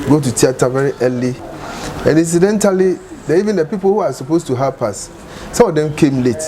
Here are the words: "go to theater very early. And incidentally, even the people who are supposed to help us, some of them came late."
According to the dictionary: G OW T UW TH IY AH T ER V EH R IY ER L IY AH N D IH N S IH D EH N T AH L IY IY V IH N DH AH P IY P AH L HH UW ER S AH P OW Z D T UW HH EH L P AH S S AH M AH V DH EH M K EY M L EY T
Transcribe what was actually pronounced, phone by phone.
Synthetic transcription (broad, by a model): G OW T UW T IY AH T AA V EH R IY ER L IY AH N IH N S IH D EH N T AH L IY IY V IH N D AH P IY P AH L HH UW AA S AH P OW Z T UW HH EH P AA S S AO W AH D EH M K EY M L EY T